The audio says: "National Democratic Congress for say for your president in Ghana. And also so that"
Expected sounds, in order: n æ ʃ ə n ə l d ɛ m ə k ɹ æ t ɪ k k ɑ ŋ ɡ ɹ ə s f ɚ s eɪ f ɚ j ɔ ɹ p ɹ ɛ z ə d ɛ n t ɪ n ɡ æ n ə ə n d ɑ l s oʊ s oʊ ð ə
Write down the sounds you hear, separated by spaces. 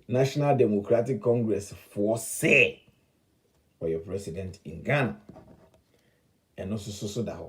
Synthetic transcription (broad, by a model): n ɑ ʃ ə n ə l d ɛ m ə k ɹ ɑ t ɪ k k ɑ ŋ ɡ ɹ ə s f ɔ s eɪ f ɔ j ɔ p ɹ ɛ s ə d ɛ n t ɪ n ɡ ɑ n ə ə n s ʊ s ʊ s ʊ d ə